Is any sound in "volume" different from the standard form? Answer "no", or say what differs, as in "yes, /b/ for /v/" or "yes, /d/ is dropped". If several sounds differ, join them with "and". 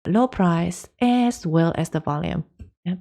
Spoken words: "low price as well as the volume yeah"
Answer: no